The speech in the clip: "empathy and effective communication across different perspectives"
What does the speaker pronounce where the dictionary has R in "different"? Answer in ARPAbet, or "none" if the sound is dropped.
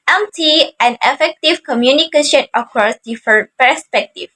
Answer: none